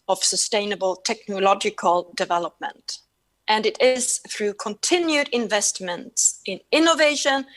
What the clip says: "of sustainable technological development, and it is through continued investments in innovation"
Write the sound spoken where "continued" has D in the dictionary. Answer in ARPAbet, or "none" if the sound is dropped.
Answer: D